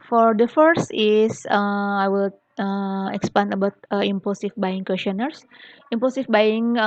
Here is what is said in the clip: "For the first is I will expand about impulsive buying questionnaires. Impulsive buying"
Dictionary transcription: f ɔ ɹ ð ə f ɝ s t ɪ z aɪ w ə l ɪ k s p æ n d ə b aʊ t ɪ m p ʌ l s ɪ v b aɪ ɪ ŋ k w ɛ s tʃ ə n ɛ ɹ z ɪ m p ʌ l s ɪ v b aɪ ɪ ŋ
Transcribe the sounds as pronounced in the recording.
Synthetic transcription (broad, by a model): f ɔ ɹ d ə f ɝ s t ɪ s aɪ w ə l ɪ k s p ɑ n ə b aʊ t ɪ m p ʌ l s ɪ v b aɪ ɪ ŋ k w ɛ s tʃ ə n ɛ ɹ s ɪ m p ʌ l s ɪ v b aɪ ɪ ŋ